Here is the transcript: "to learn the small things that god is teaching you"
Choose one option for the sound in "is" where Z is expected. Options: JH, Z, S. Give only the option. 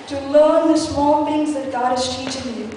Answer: S